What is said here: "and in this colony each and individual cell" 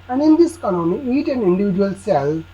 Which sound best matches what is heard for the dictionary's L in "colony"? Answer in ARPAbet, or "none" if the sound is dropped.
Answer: N